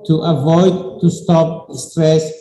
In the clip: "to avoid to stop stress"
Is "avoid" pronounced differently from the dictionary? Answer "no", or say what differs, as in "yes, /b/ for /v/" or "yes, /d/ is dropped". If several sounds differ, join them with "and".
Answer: no